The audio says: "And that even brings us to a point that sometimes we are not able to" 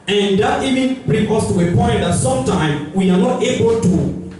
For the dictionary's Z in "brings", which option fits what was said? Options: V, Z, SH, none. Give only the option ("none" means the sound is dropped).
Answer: none